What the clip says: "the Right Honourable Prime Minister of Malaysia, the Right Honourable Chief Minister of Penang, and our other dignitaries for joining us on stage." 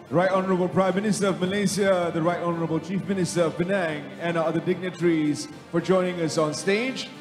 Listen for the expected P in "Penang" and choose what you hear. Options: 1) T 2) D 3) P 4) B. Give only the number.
4